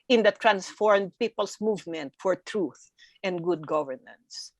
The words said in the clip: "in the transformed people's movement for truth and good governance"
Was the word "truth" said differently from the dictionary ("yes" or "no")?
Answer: no